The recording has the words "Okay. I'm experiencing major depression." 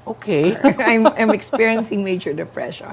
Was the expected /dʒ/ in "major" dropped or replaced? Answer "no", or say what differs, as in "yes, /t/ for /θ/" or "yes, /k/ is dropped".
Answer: yes, /tʃ/ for /dʒ/